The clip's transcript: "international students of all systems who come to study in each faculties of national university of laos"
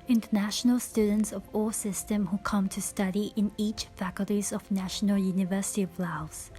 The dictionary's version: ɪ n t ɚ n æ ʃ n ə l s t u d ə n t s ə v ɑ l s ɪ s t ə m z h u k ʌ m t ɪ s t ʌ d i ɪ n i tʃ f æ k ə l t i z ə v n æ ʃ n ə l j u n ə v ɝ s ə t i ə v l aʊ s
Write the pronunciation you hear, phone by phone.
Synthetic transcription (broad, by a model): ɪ n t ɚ n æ ʃ n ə l s t u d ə n t s ə v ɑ s ɪ s t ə m h u k ʌ m t ɪ s t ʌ d i ɪ n i tʃ f æ k ə l t i z ə v n æ ʃ n ə l j u n ə v ɝ s ə t i ə v l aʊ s